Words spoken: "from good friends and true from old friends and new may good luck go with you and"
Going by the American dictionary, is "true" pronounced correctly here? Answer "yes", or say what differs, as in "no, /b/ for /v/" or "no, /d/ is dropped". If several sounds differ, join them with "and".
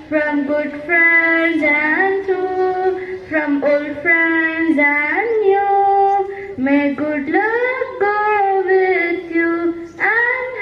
no, /ɹ/ is dropped